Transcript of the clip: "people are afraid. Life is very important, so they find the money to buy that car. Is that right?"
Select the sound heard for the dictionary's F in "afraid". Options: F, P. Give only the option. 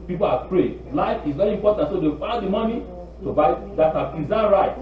P